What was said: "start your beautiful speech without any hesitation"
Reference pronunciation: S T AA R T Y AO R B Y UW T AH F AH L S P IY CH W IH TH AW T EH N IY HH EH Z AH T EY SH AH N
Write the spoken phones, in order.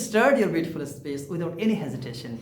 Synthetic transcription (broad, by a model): S T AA R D Y AO R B Y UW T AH F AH L S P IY S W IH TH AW T EH N IY HH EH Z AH T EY SH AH N